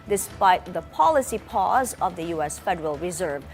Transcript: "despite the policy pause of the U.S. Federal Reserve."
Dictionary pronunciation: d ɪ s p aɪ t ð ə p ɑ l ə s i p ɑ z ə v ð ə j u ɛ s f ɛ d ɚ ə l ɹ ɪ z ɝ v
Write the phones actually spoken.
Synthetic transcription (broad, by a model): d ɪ s p aɪ t ð ə p ɑ l ə s i p ɑ z ə v ð ə j u ɛ s f ɛ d ɚ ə l ɹ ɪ z ɝ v